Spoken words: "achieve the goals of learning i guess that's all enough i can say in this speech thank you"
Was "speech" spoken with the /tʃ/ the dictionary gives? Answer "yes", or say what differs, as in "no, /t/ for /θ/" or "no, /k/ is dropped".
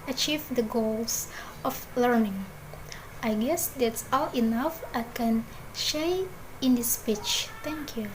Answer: yes